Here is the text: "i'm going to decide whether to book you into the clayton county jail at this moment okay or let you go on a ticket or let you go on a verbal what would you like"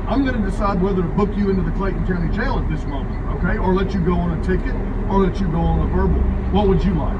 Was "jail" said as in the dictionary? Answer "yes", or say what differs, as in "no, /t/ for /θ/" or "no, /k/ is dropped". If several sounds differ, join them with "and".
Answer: no, /tʃ/ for /dʒ/